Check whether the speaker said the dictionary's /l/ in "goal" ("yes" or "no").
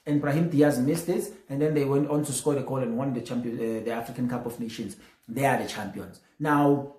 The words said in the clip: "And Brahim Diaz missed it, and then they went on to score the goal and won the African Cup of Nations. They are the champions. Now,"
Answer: no